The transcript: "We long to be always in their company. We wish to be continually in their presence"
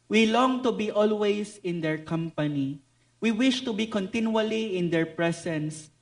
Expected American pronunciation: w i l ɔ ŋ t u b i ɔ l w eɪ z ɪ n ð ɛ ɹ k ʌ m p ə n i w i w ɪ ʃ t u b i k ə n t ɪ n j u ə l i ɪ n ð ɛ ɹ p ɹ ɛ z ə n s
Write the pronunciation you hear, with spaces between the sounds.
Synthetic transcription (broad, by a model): w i l ɔ ŋ t u b i ɔ l w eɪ s ɪ n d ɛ ɹ k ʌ m p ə n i w i w ɪ ʃ t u b i k ə n t ɪ n j u ə l i ɪ n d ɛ ɹ p ɹ ɛ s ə n s